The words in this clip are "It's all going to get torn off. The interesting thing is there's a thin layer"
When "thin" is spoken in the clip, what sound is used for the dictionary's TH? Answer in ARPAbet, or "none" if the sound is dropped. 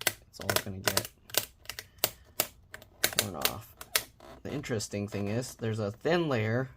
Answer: TH